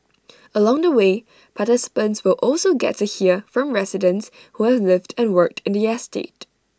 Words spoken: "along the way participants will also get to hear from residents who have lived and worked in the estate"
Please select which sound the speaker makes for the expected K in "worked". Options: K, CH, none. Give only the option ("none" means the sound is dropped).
K